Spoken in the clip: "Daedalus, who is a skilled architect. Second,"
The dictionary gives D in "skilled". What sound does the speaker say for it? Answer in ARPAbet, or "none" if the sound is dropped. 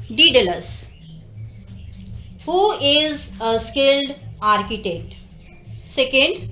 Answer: D